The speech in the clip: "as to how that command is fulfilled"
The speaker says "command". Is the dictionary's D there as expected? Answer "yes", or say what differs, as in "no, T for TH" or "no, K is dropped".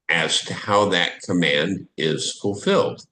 yes